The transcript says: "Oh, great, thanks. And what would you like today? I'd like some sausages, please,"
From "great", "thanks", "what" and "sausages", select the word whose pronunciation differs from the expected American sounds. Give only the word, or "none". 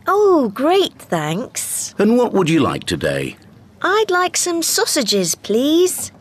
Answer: none